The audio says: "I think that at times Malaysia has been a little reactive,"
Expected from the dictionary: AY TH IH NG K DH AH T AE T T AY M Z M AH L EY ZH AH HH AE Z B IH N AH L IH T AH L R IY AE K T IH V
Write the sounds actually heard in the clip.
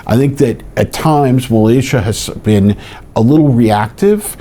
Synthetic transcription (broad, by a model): AY TH IH NG K DH AH T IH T T AY M Z M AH L EY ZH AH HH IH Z B IH N AH L IH T L R IY AE K T IH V